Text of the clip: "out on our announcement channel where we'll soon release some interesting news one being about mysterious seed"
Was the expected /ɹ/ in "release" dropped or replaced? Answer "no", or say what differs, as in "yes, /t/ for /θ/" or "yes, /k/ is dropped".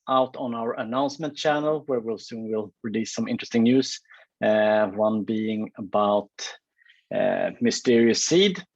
yes, /w/ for /ɹ/